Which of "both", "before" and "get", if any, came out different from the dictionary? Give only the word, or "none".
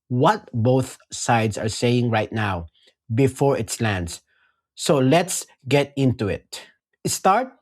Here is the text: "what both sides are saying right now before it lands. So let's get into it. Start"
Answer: none